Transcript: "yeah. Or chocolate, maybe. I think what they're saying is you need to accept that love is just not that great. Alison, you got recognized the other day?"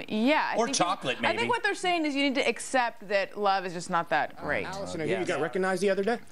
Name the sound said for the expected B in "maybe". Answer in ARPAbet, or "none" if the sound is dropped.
none